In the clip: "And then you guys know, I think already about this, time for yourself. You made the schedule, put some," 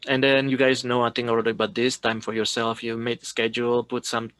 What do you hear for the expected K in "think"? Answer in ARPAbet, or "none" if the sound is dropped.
none